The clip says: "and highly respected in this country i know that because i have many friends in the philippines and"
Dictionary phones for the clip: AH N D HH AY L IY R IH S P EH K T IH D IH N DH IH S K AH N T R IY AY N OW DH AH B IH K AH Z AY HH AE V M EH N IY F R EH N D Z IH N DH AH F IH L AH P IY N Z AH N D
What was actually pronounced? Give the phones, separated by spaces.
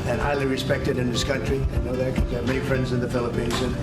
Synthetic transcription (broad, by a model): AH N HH AY L IY R IH S P EH K T IH D IH N DH IH S K AH N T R IY AY N OW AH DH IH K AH M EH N IY F R EH N D Z IH N DH AH F IH L AH P IY N Z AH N